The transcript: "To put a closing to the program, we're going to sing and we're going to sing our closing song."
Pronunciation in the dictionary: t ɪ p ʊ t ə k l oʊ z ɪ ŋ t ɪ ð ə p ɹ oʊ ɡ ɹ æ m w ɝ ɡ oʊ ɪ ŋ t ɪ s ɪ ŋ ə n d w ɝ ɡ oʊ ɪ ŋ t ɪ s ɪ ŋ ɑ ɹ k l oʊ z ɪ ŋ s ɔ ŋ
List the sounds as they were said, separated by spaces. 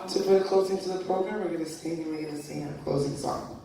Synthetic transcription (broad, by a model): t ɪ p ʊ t ə k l oʊ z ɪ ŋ t ɪ ð ə p ɹ oʊ ɡ ɹ æ m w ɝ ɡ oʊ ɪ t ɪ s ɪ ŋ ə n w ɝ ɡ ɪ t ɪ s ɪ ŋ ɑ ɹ k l oʊ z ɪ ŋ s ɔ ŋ